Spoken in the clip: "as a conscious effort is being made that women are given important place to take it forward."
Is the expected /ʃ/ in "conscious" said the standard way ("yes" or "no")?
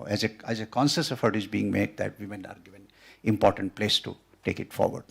no